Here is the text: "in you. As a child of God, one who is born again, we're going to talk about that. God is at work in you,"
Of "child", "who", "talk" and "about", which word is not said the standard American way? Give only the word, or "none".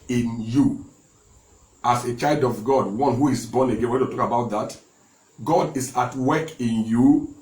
none